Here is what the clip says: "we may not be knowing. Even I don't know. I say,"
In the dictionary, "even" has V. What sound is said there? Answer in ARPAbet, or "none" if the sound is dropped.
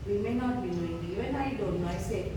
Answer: none